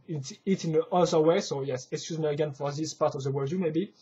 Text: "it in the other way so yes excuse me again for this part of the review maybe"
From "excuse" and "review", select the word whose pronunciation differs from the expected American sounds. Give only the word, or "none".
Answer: review